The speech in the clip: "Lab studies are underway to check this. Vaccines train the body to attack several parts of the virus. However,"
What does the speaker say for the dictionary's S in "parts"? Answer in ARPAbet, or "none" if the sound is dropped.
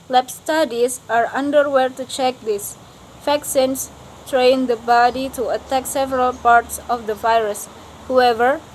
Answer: S